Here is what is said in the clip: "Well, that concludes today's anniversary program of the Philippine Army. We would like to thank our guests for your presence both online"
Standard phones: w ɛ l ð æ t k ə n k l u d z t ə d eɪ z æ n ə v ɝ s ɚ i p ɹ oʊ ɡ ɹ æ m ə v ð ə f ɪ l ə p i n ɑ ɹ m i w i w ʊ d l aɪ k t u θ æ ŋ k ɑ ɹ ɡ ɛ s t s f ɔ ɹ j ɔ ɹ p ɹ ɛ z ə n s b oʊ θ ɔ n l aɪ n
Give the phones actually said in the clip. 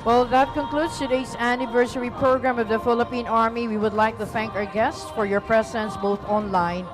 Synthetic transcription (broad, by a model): w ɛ l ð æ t k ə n k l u d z t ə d eɪ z æ n ə v ɝ s ɚ i p ɹ oʊ ɡ ɹ æ m ə v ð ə f ɪ l ə p i n ɑ ɹ m i w i w ʊ d l aɪ k t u θ æ ŋ k ɑ ɹ ɡ ɛ s t s f ɔ ɹ j ɔ ɹ p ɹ ɛ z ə n s b oʊ θ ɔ n l aɪ n